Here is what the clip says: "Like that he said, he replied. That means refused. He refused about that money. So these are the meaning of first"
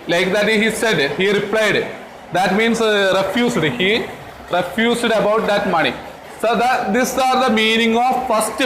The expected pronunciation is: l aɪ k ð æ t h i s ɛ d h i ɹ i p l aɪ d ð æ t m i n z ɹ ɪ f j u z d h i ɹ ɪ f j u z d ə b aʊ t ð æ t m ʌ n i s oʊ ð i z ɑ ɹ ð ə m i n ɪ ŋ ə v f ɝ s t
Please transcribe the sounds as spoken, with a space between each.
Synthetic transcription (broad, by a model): l aɪ k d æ t h i s ɛ d h i ɹ i p l aɪ d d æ t m i n s ɹ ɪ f j u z d h i ɹ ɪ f j u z d ə b aʊ t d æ t m ʌ n i s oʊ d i s ɑ ɹ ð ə m i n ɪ ŋ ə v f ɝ s t